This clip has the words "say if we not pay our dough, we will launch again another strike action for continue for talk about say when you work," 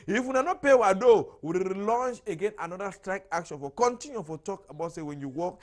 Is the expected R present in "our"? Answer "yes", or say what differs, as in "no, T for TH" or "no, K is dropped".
no, W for R